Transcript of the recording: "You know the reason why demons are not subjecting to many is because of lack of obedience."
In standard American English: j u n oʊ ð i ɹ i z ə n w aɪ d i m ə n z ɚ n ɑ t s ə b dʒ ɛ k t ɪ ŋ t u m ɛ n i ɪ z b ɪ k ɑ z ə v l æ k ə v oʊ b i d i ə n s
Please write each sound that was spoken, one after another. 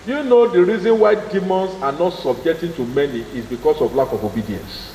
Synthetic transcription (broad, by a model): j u n oʊ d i ɹ i z ə n w aɪ d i m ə n s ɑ n ɑ t s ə b dʒ ɛ k t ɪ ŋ t u m ɛ n i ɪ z b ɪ k ɑ s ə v l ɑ k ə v oʊ b i d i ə n s